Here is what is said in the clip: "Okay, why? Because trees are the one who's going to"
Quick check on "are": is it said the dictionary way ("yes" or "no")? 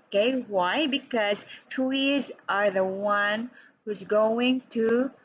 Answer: yes